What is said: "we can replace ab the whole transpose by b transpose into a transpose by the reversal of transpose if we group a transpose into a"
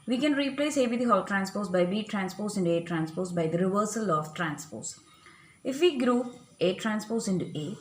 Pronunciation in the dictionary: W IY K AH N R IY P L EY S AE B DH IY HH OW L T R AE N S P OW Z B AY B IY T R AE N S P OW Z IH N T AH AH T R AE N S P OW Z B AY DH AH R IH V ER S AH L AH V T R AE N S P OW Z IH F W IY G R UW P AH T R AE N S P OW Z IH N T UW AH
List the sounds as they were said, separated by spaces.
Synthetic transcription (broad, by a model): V IY K AH N R IY P L EY S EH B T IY HH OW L T R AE N S P OW S B AY B IY T R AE N S P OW S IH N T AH T R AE N S P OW S B AY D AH R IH V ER S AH L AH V T R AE N S P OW S IH F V IY G R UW AH T R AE N S P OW S IH N T UW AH